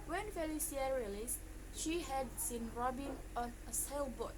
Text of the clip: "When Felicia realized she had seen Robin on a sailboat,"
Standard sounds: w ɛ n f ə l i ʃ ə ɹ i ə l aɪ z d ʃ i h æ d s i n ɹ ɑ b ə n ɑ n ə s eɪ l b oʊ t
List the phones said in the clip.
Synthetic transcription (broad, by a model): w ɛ n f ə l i s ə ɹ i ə l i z ʃ i h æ d s i n ɹ ɑ b ə n ɑ n ə s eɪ l b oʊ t